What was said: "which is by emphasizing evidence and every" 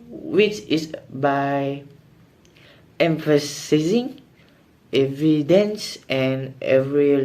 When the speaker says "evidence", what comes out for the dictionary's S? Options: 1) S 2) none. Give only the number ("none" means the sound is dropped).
1